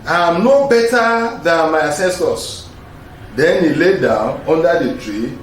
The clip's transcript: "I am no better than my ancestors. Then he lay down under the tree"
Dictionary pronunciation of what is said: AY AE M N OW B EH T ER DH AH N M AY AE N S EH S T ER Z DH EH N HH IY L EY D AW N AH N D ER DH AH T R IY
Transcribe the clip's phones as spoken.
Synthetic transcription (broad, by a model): AY M N OW B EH T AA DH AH N M AY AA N S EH S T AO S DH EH N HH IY L EY D AW N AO N D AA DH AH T R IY